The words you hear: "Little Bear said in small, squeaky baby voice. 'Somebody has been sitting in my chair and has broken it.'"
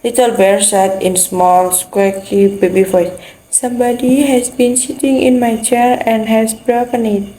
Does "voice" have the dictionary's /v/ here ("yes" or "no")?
no